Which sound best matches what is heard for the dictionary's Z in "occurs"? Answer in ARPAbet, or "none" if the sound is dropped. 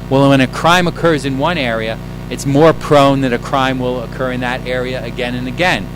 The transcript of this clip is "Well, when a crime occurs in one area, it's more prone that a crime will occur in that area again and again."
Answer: Z